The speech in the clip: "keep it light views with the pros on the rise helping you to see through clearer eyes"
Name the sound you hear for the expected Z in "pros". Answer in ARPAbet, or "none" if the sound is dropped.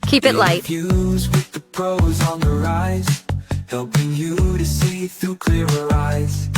Z